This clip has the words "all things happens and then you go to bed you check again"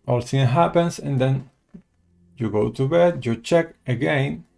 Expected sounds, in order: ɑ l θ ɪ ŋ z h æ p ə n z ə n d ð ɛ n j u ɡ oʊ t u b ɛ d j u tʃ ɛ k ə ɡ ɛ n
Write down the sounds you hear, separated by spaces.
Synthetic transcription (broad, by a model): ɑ l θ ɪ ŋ h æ p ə n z ə n d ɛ n j u ɡ oʊ t u b ɛ d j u tʃ ɛ k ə ɡ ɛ n